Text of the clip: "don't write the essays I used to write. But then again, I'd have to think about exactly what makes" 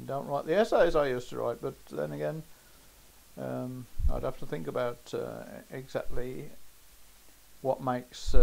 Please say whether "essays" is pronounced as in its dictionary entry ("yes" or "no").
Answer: yes